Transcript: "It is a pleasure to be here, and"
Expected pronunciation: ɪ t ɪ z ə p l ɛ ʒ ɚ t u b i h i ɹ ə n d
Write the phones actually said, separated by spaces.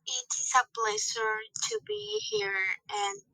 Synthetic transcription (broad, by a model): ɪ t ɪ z ə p l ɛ s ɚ t u b i h i ɹ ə n